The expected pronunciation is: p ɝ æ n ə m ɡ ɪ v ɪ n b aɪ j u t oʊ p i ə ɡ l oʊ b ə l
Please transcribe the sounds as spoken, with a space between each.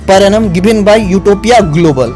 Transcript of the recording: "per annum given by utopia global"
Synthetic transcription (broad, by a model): p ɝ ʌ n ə m ɡ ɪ b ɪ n b aɪ j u t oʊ p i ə ɡ l oʊ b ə l